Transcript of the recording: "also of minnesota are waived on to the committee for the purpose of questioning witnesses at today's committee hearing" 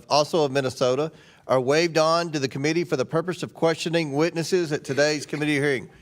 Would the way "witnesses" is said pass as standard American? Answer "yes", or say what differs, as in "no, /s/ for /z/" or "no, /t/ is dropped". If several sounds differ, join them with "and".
yes